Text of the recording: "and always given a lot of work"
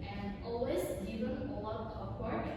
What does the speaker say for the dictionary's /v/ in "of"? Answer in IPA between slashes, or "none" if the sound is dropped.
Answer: /p/